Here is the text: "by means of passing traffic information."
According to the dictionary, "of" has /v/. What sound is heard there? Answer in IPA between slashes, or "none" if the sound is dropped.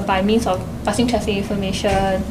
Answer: /f/